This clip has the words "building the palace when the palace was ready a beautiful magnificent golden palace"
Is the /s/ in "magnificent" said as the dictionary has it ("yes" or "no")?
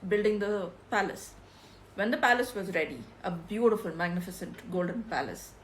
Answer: yes